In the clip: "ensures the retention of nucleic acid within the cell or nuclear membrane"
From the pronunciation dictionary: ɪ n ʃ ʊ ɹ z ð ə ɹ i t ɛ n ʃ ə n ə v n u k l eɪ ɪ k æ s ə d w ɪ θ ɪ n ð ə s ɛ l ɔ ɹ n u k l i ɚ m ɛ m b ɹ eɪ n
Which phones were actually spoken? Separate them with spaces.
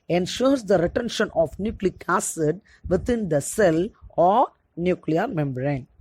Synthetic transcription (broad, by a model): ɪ n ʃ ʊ ɹ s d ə ɹ i t ɛ n ʃ ə n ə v n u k l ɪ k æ s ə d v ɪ t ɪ n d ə s ɛ l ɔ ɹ n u k l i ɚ m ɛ m b ɹ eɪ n